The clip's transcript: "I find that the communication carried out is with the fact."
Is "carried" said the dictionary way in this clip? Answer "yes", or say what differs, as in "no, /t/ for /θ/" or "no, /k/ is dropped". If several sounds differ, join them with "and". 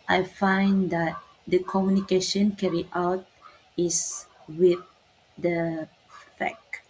no, /d/ is dropped